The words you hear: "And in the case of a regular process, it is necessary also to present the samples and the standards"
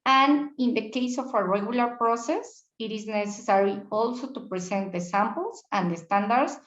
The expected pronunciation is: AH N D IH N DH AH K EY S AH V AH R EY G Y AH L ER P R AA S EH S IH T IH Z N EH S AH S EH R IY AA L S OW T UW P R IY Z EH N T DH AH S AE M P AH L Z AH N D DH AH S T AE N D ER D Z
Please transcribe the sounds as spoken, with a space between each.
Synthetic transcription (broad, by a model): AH N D IH N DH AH K EY S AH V AH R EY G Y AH L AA P R AA S EH S IH T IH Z N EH S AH S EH R IY AA L S OW T UW P R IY S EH N T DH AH S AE M P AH L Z AH N D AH S T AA N D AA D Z